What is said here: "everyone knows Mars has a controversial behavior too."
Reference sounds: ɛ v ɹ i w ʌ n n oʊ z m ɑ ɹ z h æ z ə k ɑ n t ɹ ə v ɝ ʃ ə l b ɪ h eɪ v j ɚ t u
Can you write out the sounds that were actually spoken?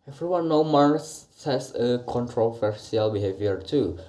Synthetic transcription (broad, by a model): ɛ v ɹ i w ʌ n n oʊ m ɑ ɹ s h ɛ s ə k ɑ n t ɹ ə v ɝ s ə l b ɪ h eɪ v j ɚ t u